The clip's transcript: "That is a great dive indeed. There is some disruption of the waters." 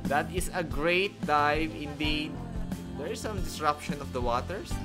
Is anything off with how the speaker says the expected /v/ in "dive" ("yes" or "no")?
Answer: no